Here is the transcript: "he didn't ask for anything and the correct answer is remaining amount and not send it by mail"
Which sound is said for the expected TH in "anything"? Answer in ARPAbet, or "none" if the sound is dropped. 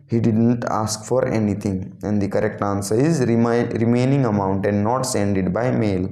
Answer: T